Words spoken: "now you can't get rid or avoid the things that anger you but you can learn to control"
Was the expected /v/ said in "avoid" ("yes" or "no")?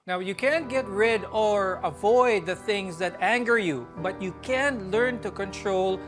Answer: yes